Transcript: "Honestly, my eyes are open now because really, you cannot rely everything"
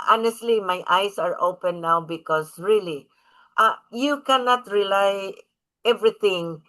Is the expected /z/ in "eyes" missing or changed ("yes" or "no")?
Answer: yes